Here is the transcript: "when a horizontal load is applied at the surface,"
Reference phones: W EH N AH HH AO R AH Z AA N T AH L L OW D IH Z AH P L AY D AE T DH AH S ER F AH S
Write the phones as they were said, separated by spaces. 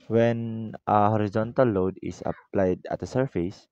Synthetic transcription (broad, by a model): W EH N AH HH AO R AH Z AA N T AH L L OW D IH S AH P L AY D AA T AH S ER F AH S